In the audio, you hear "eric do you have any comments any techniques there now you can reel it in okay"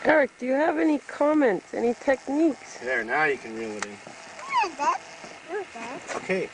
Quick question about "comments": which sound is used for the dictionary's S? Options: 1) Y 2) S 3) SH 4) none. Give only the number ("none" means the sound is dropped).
2